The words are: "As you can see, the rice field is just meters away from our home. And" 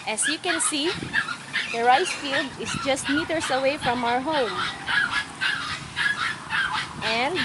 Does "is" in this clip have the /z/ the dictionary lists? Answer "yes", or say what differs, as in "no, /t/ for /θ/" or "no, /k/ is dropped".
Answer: no, /s/ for /z/